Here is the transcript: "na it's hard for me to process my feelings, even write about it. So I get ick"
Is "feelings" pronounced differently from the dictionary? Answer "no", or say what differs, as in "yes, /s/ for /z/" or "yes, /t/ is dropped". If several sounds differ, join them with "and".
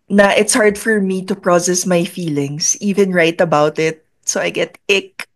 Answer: yes, /s/ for /z/